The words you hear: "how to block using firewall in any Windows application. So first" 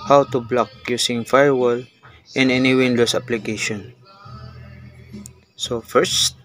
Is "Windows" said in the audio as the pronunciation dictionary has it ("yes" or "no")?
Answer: no